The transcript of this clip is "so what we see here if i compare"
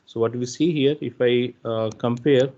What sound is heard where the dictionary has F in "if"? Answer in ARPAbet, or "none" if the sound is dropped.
F